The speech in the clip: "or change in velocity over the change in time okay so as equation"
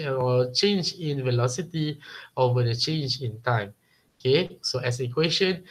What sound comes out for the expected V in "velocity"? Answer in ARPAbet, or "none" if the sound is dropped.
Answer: V